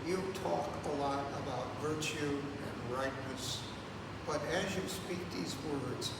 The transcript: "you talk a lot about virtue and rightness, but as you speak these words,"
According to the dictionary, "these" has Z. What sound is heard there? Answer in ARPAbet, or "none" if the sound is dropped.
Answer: Z